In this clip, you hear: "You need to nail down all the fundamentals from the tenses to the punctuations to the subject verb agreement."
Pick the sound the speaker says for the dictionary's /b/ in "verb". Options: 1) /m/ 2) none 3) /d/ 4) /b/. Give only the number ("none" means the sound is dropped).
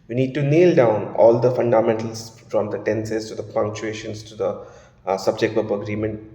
2